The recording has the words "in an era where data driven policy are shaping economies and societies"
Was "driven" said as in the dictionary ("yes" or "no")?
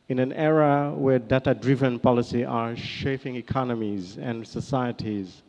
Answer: yes